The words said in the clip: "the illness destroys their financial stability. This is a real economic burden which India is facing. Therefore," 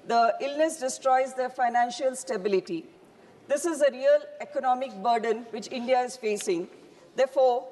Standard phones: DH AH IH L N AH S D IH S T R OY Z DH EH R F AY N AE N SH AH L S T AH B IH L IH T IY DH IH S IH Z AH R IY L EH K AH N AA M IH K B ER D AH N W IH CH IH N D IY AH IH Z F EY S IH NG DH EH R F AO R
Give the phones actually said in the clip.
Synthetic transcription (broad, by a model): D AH IH L N AH S D IH S T R OY Z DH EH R F AY N AE N SH AH L S T AH B IH L IH T IY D IH S IH Z AH R IY L EH K AH N AA M IH K B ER D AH N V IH CH IH N D IY AH IH Z F EY S IH NG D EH R F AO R